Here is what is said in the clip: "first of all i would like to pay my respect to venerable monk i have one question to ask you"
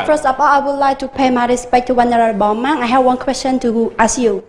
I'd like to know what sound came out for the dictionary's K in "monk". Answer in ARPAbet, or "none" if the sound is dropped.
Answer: none